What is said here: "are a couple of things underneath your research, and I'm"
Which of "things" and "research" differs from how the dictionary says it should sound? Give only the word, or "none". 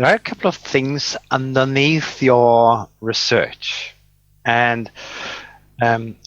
none